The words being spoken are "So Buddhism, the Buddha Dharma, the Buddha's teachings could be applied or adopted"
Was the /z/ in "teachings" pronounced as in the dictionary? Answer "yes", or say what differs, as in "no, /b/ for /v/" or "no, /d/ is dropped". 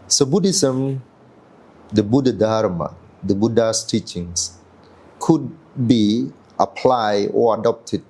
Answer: no, /s/ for /z/